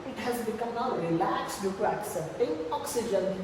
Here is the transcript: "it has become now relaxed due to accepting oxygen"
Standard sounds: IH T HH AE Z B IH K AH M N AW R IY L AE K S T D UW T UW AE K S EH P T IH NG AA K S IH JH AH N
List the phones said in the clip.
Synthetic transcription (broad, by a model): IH T HH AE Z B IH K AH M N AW L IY L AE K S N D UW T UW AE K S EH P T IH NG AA K S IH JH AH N